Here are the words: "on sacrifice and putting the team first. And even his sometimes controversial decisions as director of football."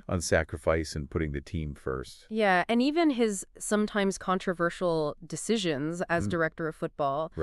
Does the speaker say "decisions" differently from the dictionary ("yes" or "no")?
no